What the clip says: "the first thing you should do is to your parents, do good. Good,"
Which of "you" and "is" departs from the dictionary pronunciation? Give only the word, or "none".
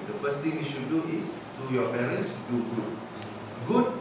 is